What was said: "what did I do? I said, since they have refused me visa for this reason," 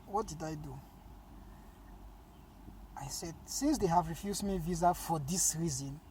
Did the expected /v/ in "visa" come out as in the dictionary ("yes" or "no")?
yes